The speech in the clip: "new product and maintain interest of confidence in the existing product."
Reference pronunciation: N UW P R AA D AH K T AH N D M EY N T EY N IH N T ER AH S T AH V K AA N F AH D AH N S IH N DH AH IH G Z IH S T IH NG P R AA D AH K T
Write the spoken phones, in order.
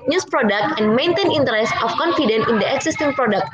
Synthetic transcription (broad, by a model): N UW P R AA D AH K T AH N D M EY N T EY N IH N T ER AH S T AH F K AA N F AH D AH N IH N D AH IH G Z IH S T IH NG P R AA D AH K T